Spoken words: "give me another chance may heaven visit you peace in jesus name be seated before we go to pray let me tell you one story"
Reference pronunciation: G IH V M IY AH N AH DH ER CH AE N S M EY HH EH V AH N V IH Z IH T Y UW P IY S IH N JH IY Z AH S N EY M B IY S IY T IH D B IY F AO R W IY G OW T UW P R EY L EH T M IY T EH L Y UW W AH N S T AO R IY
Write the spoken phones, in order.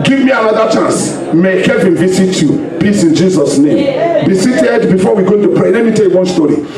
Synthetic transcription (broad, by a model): G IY V M IY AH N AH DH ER CH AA N S M EY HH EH V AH N V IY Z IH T Y UW P IY S IH N JH IY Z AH S N EY M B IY S IY T IH D B IY F AO W IY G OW T UW P R EY L EH T M IY T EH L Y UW W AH N S T AO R IY